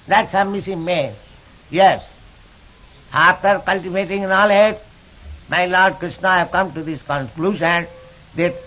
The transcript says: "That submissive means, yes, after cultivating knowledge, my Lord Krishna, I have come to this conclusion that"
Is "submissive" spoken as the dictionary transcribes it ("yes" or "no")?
no